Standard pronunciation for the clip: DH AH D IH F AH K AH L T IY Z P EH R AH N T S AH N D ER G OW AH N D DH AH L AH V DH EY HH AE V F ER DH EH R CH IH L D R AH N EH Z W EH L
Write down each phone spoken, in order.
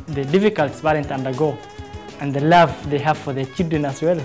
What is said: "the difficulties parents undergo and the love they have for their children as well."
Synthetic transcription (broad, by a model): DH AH D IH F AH K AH L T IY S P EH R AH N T AH N D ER G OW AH N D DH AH L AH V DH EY HH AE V F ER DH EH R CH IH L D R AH N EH S W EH L